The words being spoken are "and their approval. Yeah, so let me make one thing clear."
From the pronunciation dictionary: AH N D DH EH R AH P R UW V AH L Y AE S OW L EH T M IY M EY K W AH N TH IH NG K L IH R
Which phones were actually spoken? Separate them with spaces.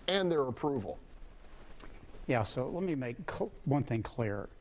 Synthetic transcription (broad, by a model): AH N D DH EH R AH P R UW V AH L Y AE S OW L EH T M IY M EY K W AH N TH IH NG K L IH R